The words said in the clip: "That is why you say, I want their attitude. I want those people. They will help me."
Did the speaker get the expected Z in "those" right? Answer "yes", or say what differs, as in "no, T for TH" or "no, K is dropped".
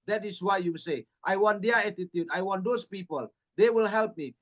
no, S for Z